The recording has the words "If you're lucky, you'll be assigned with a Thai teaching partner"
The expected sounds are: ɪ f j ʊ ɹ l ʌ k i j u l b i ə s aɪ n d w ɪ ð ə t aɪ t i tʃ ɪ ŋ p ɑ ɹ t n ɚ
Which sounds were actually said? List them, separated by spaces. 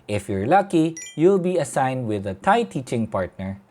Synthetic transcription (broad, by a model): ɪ f j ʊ ɹ l ʌ k i j u l b i ə s aɪ n d w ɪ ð ə t aɪ t i tʃ ɪ ŋ p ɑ ɹ t n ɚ